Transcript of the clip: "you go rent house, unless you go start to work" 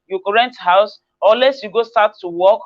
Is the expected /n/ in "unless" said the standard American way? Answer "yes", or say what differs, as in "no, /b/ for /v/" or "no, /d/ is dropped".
no, /n/ is dropped